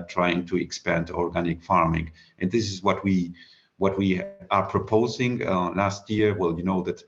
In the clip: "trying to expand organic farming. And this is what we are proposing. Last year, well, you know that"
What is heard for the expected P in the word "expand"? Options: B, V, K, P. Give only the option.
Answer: P